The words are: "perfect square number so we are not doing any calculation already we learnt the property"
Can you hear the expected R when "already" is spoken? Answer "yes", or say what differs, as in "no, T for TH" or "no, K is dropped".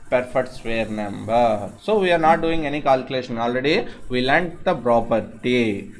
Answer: yes